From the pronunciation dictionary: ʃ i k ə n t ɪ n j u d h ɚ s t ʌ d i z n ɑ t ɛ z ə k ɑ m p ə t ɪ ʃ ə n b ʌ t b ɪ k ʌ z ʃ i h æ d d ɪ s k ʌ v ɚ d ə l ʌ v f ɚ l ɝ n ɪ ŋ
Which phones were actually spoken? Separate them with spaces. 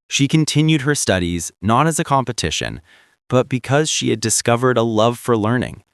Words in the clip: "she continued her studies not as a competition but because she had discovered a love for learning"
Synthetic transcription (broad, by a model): ʃ i k ə n t ɪ n j u d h ɚ s t ʌ d i z n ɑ t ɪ z ə k ɑ m p ə t ɪ ʃ ə n b ʌ t b ɪ k ʌ z ʃ i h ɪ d d ɪ s k ʌ v ɚ d ə l ʌ v f ɚ l ɝ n ɪ ŋ